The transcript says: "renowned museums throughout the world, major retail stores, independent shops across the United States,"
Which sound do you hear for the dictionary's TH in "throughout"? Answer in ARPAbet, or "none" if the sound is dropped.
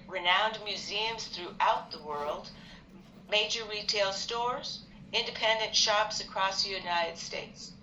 TH